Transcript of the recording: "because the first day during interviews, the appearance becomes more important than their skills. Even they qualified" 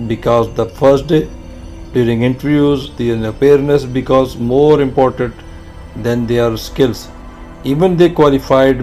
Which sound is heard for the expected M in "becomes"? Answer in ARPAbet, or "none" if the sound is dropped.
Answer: none